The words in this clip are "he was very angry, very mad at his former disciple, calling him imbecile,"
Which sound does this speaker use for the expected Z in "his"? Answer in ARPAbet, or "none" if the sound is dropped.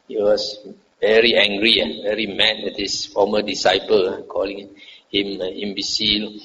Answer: S